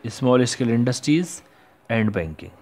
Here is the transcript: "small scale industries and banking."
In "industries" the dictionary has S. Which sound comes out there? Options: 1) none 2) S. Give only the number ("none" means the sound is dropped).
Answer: 2